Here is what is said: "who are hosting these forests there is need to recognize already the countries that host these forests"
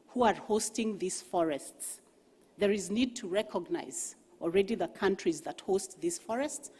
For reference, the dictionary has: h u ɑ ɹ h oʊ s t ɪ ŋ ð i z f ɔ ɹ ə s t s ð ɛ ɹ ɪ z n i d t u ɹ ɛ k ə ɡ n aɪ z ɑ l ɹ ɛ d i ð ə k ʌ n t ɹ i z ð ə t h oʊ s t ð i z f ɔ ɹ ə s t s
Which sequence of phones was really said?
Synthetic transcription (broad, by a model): h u ɑ ɹ h oʊ s t ɪ ŋ ð i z f ɔ ɹ ə s t s ð ɛ ɹ ɪ z n i d t u ɹ ɛ k ə ɡ n aɪ z ɑ l ɹ ɛ d i ð ə k ʌ n t ɹ i z ð ə t h oʊ s t ð i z f ɔ ɹ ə s t s